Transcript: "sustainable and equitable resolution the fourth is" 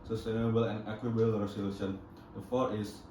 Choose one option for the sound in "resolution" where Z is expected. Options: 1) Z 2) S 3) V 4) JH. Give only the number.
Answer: 2